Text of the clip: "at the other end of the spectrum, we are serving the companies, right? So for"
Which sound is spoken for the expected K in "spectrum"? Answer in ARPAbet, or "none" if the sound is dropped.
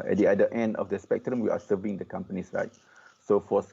K